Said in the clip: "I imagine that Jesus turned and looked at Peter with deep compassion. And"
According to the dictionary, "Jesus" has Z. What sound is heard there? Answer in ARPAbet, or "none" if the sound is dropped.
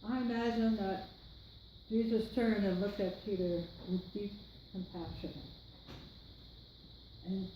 Z